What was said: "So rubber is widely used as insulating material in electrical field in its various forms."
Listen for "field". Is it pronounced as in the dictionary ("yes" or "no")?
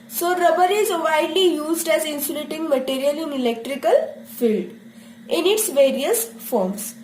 yes